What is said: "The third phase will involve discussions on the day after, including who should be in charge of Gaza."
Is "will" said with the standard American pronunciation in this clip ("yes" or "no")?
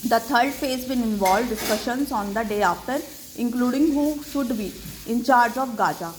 no